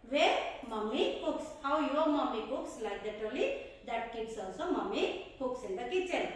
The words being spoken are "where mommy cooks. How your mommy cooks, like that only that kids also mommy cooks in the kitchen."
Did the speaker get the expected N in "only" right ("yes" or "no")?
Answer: no